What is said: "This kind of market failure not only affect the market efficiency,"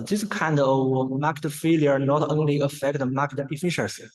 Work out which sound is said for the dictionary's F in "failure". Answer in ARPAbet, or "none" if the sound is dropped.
F